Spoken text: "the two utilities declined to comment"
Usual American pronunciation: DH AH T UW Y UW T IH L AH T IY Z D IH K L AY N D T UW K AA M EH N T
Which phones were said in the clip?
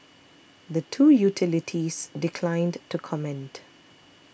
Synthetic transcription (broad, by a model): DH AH T UW Y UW T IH L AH T IY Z D IH K L AY N D T UW K AA M EH N T